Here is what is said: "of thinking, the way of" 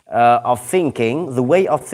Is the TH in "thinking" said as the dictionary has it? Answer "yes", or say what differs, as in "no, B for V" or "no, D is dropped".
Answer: yes